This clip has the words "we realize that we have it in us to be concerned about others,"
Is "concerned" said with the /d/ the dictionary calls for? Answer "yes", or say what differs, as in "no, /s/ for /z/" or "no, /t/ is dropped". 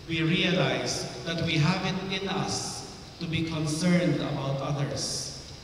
yes